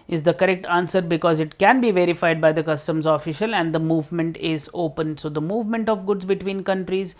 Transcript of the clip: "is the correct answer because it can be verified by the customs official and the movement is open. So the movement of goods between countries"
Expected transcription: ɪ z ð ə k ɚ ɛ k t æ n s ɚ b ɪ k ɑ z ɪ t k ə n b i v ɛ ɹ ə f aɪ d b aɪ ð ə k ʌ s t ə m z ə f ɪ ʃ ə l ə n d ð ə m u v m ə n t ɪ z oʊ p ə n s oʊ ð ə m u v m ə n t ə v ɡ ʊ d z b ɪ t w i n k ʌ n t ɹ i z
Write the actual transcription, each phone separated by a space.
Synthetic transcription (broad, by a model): ɪ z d ə k ɚ ɛ k t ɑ n s ɚ b ɪ k ɑ z ɪ t k ə n b i v ɛ ɹ ə f aɪ d b aɪ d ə k ʌ s t ə m z ə f ɪ ʃ ə l ə n d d ə m u v m ə n t ɪ z oʊ p ə n s oʊ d ə m u v m ə n t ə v ɡ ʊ d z b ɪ t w i n k ʌ n t ɹ i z